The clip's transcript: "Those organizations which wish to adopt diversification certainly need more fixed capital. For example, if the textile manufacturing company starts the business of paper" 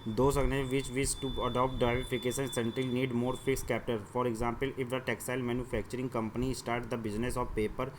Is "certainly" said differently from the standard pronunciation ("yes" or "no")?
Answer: yes